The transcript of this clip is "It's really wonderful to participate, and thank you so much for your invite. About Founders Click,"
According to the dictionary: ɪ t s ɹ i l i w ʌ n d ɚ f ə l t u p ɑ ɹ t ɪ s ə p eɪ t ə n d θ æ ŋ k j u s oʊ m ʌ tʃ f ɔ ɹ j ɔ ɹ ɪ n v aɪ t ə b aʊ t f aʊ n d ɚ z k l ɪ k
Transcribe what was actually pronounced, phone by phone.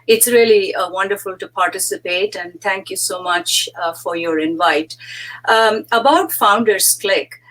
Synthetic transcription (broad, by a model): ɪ t s ɹ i l i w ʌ n d ɚ f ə l t u p ɑ ɹ t ɪ s ə p eɪ t ə n d t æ ŋ k j u s oʊ m ʌ tʃ f ɔ ɹ j ɔ ɹ ɪ n v aɪ t ə b aʊ t f aʊ n d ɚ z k l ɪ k